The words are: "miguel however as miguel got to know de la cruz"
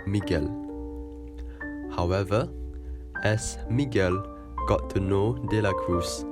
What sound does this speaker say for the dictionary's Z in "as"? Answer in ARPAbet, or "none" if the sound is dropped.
S